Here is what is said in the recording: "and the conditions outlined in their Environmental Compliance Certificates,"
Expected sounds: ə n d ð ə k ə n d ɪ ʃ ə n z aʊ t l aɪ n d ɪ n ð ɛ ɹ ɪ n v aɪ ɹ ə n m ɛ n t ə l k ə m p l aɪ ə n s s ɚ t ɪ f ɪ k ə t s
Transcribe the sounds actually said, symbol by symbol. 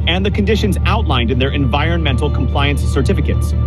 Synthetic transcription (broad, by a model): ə n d ð ə k ə n d ɪ ʃ ə n z aʊ t l aɪ n d ɪ n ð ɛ ɹ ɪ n v aɪ ɹ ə n m ɛ n t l k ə m p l aɪ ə n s s ɚ t ɪ f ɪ k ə t s